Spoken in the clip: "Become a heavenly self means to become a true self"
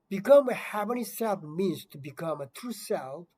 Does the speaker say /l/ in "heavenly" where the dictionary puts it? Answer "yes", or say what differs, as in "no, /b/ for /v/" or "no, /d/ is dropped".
no, /l/ is dropped